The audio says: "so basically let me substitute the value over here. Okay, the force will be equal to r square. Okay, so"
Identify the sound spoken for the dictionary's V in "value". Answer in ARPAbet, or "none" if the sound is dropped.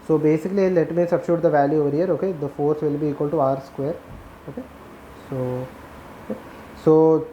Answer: V